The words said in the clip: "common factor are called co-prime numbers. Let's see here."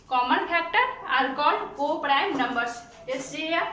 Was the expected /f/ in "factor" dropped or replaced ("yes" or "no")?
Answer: yes